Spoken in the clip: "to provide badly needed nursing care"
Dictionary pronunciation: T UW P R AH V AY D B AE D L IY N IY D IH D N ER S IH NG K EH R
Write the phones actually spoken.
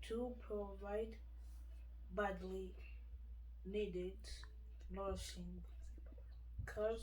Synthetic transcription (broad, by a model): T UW P R AH V AY D B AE D L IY N IY D IH D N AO SH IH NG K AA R